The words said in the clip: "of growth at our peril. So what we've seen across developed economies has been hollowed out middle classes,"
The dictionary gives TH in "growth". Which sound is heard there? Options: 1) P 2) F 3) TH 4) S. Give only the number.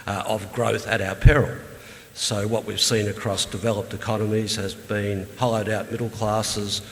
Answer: 3